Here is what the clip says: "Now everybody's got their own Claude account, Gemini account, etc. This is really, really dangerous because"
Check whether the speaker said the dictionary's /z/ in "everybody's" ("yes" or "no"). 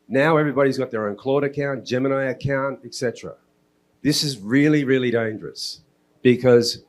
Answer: yes